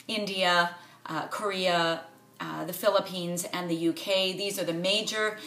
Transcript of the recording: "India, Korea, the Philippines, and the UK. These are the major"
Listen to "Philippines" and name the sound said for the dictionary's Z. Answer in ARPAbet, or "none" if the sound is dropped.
Z